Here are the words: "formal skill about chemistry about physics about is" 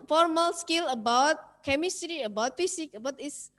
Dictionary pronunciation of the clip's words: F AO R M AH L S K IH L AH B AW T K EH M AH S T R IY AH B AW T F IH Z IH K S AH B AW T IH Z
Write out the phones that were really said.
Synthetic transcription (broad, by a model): F AO R M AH L S K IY L AH B AW T K EH M AH S T R IY AH B AW T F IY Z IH K AH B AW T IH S